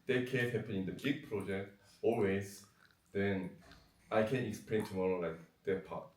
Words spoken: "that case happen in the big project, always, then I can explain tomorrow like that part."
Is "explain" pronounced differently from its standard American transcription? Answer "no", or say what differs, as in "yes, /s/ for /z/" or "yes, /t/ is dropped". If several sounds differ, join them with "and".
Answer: no